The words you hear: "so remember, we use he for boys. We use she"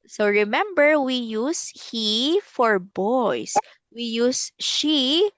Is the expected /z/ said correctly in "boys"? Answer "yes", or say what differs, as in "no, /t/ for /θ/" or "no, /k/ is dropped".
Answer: no, /s/ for /z/